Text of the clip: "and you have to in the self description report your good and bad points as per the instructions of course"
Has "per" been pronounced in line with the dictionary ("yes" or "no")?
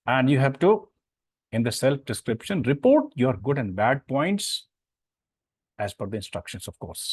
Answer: no